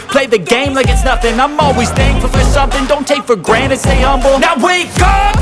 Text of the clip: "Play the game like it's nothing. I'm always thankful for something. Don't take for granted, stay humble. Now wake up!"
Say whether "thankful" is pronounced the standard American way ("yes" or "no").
no